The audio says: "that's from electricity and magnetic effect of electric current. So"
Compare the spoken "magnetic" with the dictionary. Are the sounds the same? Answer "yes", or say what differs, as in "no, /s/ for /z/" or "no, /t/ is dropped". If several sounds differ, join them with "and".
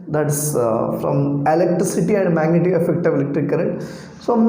no, /k/ is dropped